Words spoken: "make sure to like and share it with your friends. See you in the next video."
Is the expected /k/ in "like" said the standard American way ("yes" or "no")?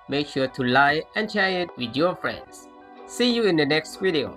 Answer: no